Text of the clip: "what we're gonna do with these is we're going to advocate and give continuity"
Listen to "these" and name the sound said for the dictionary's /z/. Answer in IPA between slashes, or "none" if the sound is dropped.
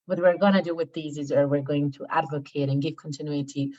/z/